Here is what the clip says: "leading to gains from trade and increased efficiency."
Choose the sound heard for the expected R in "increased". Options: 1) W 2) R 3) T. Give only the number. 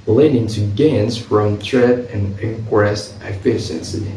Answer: 1